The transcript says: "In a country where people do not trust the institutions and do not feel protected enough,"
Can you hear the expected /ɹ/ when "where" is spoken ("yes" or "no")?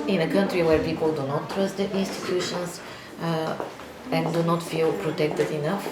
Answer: yes